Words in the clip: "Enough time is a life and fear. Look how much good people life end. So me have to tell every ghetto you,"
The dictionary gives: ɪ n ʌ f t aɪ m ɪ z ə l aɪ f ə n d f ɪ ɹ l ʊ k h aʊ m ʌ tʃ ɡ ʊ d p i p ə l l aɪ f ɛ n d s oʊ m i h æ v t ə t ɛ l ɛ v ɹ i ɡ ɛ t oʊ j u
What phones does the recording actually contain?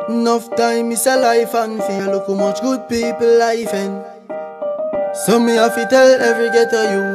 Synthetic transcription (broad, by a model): n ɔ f t aɪ m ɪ s ə l aɪ f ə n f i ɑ l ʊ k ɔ m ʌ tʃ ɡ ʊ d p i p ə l l aɪ f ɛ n s oʊ m i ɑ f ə t ɛ l ɛ v ɹ i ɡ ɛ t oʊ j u